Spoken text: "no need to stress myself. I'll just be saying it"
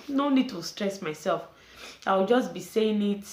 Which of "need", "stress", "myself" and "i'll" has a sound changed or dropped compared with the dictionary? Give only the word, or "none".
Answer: i'll